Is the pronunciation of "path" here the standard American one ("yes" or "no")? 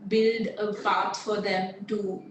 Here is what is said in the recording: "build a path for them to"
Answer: no